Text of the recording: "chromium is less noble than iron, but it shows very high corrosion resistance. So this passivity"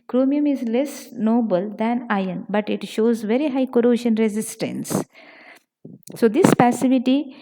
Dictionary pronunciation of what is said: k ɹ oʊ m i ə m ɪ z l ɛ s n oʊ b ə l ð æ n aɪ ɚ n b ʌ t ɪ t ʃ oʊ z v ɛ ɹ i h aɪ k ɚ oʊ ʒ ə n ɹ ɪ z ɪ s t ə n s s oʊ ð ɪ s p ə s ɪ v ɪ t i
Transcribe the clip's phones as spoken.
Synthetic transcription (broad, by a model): k ɹ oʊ m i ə m ɪ z l ɛ s n oʊ b ə l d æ n aɪ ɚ n b ʌ t ɪ t ʃ oʊ z v ɛ ɹ i h aɪ k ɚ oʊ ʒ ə n ɹ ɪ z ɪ s t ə n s s oʊ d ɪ s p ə s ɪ v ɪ t i